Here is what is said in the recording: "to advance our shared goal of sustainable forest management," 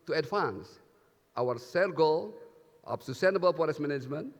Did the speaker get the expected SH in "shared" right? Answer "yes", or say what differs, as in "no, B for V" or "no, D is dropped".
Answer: no, S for SH